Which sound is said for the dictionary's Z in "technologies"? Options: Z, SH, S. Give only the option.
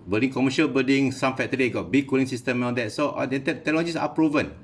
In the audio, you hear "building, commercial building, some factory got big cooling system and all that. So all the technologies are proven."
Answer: S